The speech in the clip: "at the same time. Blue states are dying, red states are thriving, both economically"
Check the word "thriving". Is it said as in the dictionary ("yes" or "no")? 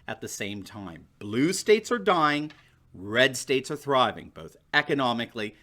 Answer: yes